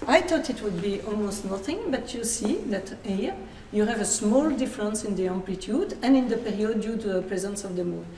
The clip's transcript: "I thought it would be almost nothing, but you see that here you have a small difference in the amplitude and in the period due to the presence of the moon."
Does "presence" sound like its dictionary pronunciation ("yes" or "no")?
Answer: yes